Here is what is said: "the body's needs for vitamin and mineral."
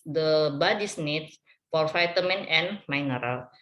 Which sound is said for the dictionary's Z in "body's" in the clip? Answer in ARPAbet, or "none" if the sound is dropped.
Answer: S